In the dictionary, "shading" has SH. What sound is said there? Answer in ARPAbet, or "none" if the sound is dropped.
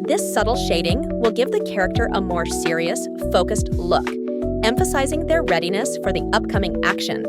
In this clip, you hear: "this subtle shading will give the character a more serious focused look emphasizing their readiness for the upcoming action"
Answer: SH